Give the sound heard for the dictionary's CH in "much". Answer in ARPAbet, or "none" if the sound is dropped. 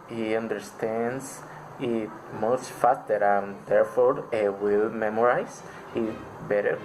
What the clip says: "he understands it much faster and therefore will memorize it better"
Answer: S